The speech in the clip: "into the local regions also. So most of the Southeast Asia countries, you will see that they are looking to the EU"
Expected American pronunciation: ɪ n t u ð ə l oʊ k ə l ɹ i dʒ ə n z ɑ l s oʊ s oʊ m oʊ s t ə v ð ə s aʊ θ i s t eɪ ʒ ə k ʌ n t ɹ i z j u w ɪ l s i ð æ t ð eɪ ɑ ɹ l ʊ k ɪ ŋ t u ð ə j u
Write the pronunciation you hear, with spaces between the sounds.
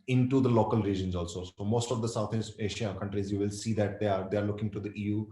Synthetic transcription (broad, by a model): ɪ n t u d ə l oʊ k ə l ɹ i dʒ ə n z ɑ l s oʊ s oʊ m oʊ s t ə v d ə s aʊ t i s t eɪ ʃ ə k ʌ n t ɹ i z j u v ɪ l s i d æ t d eɪ ɑ ɹ l ʊ k ɪ ŋ t u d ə j u